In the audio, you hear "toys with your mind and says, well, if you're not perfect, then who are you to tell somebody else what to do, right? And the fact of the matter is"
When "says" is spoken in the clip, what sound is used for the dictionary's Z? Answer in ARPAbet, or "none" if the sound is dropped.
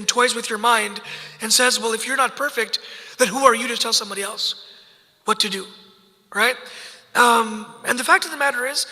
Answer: Z